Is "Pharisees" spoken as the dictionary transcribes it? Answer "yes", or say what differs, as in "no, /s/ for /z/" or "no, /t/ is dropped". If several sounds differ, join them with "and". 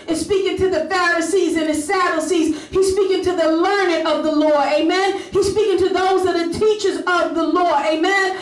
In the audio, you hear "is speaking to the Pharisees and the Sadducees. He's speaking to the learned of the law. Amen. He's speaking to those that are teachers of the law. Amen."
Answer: yes